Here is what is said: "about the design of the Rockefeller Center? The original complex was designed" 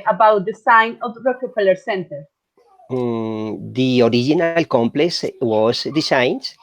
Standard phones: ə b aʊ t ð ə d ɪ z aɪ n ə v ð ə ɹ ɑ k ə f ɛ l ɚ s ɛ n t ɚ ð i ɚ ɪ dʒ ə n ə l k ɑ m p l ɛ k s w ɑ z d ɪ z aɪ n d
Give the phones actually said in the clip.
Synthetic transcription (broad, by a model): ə b aʊ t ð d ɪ s aɪ n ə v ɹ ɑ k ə p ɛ l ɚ s ɛ n t ɚ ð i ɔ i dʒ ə n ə l k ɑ m p l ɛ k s w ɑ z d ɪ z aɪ n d